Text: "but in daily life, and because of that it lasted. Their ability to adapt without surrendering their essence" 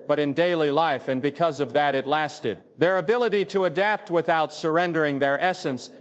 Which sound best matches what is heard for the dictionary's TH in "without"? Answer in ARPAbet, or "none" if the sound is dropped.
TH